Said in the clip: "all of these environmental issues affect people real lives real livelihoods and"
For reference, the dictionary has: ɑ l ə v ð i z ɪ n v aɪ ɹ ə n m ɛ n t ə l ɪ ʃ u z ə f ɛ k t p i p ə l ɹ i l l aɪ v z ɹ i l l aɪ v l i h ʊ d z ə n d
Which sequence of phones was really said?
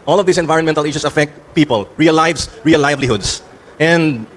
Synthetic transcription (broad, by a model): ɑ l ə v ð i s ɪ n v aɪ ɹ ə n m ɛ n t ə l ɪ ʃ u s ə f ɛ k t p i p ə l ɹ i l l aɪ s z ɹ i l l aɪ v l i h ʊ d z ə n d